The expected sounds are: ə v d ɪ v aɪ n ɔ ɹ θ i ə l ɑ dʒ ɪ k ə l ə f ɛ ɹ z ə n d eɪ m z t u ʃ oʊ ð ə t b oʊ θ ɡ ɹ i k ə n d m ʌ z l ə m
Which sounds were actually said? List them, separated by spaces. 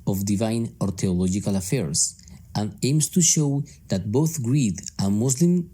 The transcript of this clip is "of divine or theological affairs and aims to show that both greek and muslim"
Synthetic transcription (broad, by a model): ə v d ɪ v aɪ n ɔ ɹ t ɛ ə l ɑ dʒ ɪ k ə l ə f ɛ ɹ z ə n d eɪ m s t u ʃ oʊ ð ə t b oʊ θ ɡ ɹ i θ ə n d m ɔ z l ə m